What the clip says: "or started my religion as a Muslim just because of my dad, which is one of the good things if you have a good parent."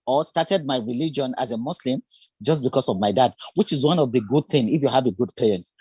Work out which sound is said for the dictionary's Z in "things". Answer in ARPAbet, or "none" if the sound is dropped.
none